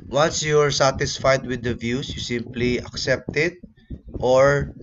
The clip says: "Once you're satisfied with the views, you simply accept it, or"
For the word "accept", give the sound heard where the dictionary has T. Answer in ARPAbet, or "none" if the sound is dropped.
T